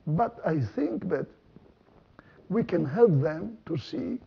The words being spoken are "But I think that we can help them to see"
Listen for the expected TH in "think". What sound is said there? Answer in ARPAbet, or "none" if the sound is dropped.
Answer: TH